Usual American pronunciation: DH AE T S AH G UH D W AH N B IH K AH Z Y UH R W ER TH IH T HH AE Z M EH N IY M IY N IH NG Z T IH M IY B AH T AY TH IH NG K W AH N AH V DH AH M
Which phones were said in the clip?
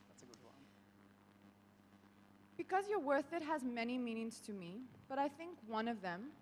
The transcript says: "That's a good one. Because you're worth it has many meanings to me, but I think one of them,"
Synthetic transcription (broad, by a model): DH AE T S AH G UH D W AH N B IH K AH Z Y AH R W ER TH IH T HH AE Z M EH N IY M IY N IH NG Z T IH M IY B AH T AY TH IH NG K W AH N AH V DH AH M